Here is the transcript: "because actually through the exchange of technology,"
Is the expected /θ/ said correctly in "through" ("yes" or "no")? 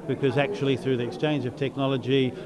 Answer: yes